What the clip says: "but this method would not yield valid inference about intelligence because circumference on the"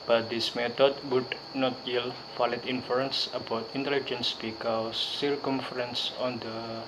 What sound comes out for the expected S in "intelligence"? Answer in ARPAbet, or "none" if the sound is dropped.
S